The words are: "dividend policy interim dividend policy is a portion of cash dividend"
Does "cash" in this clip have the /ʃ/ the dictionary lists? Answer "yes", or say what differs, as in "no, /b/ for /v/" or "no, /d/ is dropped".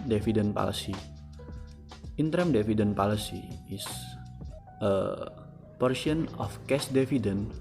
no, /s/ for /ʃ/